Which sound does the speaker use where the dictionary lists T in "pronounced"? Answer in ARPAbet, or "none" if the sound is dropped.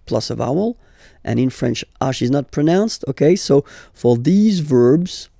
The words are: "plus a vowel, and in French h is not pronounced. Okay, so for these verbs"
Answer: T